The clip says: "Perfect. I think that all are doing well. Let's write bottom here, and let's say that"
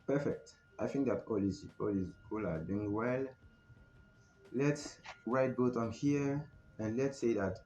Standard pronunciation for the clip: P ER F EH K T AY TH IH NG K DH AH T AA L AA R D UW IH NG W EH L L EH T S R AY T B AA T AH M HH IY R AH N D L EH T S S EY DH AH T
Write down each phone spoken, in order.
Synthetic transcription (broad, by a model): P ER F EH K T AY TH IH NG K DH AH T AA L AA L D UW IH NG W EH L L EH T S R AY T B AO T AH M HH IY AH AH N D L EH T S S EY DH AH T